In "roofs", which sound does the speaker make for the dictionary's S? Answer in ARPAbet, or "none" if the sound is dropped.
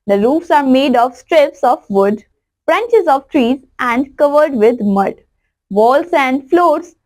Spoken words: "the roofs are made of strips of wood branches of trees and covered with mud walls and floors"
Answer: S